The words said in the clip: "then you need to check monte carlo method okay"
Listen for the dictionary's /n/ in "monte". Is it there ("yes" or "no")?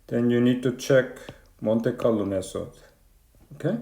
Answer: yes